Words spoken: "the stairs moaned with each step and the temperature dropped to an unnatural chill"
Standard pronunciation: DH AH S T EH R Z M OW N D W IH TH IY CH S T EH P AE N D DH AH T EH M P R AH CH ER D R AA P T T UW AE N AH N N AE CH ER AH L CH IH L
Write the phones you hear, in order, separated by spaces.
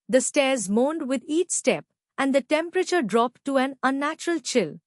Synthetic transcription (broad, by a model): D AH S T EH R Z M OW N D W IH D IY CH S T EH P AE N D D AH T EH M P R AH CH ER D R AA P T T UW AE N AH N N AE CH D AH L CH IH L